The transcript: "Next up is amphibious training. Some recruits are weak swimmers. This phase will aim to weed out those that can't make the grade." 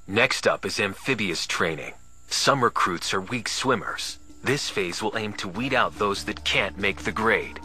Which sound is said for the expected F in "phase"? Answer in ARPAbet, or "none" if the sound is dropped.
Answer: F